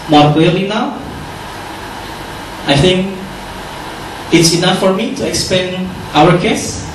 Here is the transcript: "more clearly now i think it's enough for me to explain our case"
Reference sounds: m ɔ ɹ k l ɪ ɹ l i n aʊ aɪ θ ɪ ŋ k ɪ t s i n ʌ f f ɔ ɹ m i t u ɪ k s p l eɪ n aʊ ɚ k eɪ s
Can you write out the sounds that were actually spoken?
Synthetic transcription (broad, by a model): m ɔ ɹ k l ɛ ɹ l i n aʊ aɪ θ ɪ ŋ k ɪ t s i n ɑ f f ɔ ɹ m i t u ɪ k s p eɪ n aʊ ɚ k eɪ s